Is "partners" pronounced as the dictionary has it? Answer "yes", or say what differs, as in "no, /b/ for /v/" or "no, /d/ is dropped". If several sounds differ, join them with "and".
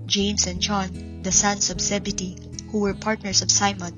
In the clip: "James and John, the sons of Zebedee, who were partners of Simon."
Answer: no, /s/ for /z/